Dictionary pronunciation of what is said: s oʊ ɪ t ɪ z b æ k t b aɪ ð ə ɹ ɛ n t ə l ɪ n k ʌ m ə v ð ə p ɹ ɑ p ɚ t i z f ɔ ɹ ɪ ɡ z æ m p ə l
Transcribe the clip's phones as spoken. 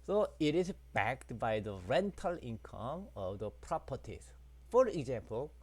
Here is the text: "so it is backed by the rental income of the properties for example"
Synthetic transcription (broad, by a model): s oʊ ɪ t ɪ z b æ k t b aɪ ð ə ɹ ɛ n t ə l ɪ n k ʌ m ə v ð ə p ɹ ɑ p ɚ t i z f ɔ ɹ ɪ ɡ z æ m p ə l